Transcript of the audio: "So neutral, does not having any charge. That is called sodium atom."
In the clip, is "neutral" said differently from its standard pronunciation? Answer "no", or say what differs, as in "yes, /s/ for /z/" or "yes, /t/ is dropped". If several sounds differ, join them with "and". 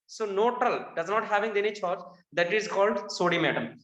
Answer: yes, /ɹ/ is dropped